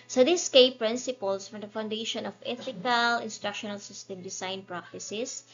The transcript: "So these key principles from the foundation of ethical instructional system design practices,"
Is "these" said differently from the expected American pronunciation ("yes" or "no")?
yes